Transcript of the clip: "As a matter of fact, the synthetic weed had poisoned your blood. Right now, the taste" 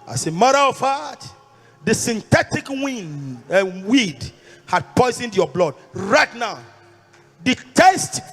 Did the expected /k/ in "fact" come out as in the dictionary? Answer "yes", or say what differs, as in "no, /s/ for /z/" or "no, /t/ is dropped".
no, /k/ is dropped